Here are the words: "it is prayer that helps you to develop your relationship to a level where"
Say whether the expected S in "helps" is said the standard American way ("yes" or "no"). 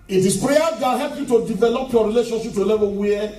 no